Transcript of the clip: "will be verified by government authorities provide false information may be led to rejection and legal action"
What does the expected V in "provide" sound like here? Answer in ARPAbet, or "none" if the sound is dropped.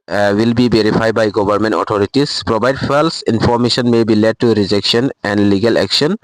B